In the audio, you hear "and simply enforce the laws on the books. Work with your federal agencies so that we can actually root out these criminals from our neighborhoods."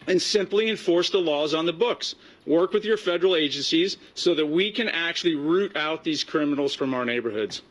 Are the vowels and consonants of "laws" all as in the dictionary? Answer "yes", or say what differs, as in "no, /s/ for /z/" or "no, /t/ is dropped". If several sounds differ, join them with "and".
yes